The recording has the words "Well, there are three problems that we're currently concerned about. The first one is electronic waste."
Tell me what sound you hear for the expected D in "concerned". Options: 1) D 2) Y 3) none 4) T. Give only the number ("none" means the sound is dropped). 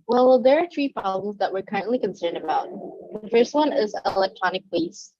1